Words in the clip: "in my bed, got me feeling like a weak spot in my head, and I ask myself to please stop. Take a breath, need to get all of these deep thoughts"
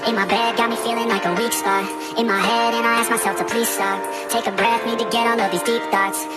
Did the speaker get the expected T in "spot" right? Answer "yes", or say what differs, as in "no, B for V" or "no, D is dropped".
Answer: no, T is dropped